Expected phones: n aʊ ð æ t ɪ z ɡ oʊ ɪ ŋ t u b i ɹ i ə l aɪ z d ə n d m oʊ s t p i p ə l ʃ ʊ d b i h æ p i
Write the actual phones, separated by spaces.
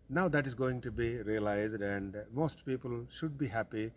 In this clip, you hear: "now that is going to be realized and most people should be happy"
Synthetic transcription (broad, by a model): n aʊ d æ t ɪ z ɡ oʊ ɪ ŋ t u b i ɹ i ə l aɪ z d ə n d m oʊ s t p i p ə l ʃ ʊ d b i h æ p i